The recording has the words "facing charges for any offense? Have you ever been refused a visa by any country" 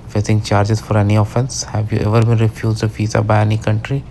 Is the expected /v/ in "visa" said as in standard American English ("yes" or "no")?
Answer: no